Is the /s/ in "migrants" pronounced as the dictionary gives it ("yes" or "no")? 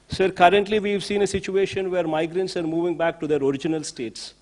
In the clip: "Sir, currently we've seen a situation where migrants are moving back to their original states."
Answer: yes